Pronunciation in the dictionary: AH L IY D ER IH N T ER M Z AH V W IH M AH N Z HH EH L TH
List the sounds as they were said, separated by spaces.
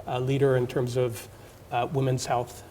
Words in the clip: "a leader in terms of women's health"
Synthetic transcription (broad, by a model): L IY D ER IH N T ER M Z AH V W IH M AH N Z HH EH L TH